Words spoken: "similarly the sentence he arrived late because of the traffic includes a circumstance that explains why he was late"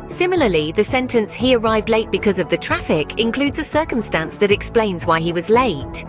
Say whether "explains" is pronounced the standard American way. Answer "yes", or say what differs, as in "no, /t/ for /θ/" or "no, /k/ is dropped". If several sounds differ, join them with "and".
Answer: yes